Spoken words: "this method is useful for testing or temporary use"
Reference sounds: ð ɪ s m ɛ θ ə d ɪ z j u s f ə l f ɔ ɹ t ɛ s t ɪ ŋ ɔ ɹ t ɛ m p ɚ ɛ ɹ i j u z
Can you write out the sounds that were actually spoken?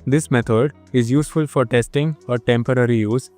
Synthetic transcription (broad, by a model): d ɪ s m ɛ t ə d ɪ z j u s f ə l f ɔ ɹ t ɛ s t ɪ ŋ ɔ ɹ t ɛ m p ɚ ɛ ɹ i j u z